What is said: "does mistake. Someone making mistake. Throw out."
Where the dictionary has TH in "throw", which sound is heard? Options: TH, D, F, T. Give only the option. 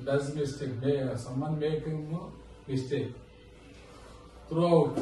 T